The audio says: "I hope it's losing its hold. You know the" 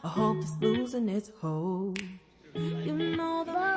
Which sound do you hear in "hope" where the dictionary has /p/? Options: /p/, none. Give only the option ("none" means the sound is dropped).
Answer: none